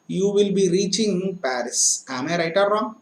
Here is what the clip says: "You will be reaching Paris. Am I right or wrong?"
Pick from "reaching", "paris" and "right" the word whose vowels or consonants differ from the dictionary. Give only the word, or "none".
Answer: none